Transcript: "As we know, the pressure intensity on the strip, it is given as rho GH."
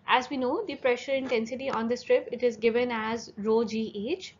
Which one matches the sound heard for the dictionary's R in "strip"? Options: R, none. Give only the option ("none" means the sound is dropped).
R